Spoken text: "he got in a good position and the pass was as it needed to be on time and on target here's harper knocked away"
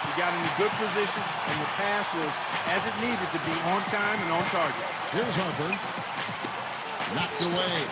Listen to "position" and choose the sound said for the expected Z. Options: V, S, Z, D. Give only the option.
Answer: Z